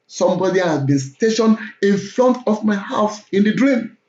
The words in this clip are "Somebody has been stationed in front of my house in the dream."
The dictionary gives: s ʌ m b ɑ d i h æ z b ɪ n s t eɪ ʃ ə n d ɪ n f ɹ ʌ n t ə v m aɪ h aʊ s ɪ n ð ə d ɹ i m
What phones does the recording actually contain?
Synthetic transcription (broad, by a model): s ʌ m b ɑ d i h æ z b ɪ n s t eɪ ʃ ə n ɪ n f ɹ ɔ n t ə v m aɪ h aʊ s ɪ n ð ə d ɹ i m